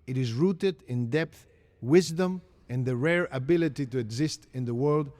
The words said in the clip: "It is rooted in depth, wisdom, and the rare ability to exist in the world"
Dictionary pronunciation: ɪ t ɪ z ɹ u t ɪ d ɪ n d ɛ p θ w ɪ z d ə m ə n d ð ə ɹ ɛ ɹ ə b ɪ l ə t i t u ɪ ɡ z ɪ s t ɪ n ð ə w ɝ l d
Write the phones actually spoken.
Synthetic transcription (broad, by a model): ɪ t ɪ z ɹ u t ɪ d ɪ n d ɛ p θ w ɪ z d ə m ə n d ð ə ɹ ɛ ɹ ə b ɪ l ə t i t u ɪ ɡ z ɪ s t ɪ n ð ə w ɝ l d